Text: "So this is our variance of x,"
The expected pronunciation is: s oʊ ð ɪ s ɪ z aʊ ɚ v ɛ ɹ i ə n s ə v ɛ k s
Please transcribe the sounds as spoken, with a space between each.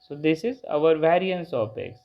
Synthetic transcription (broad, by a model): s oʊ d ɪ s ɪ z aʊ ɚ v ɛ ɹ i ə n s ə p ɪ k s